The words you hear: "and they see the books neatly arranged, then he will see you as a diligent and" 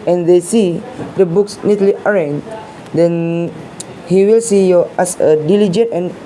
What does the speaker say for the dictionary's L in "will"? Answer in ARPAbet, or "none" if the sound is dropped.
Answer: L